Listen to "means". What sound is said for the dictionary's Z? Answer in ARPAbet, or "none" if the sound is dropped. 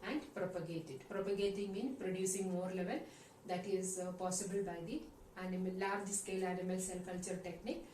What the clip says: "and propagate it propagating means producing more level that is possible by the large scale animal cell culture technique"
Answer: none